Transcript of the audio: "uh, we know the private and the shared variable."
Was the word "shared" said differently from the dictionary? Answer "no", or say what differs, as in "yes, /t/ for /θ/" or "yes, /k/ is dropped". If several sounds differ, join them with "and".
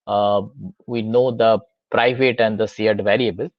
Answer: yes, /s/ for /ʃ/